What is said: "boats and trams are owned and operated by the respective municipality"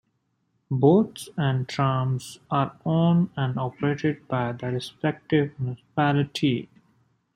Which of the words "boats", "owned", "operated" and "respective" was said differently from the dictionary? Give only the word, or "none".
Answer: owned